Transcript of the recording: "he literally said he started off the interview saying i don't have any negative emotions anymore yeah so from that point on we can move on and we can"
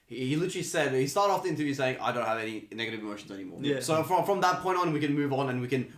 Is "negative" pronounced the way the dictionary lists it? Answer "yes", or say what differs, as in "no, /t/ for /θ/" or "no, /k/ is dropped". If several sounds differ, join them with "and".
yes